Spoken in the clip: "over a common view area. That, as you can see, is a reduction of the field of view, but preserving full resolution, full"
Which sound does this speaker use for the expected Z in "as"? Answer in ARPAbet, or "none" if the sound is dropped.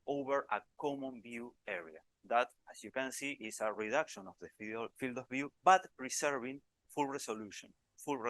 S